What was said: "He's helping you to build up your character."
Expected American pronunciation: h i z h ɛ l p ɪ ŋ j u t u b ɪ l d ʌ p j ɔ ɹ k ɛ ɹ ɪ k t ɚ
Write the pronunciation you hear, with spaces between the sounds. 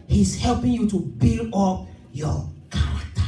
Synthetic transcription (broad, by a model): h i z h ɛ l p ɪ ŋ j u t u b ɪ l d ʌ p j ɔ k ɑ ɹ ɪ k t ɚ